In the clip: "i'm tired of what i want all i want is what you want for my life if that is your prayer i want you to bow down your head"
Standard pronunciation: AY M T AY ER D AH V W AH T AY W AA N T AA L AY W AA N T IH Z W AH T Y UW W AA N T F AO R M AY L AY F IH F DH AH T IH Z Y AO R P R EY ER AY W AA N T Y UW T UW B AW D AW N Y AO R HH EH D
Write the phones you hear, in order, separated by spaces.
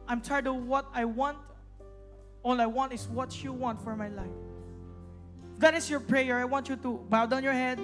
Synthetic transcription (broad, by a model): AY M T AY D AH W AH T AY W AA N T AA L AY W AA N T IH S W AH T Y UW W AA N T F AO R M AY L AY IH F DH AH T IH S Y AO R P R EY ER AY W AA N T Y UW T UW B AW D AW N Y AO R HH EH D